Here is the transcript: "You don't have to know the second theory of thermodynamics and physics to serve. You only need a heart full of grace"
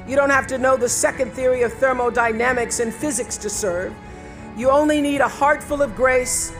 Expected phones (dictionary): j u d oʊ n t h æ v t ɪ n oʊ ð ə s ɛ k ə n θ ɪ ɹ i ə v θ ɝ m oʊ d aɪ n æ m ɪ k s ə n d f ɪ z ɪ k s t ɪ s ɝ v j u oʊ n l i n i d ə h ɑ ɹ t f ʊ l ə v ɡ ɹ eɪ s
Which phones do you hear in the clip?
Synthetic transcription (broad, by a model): j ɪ d oʊ n t h æ f t ɪ n oʊ ð ə s ɛ k ə n θ ɪ ɹ i ə v θ ɝ m oʊ d aɪ n æ m ɪ k s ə n f ɪ z ɪ k s t ɪ s ɝ v j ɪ oʊ n l i n i d ə h ɑ ɹ t f ʊ l ə v ɡ ɹ eɪ s